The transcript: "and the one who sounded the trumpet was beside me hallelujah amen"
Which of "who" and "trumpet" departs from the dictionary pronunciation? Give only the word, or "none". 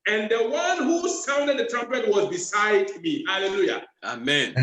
none